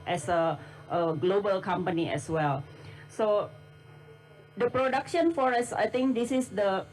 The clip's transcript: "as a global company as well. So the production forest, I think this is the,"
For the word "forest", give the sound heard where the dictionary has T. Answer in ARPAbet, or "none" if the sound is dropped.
none